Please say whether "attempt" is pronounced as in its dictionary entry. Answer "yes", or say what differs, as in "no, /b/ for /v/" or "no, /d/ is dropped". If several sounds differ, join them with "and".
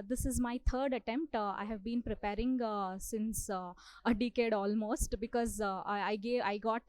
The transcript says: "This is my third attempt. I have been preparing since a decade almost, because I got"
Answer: yes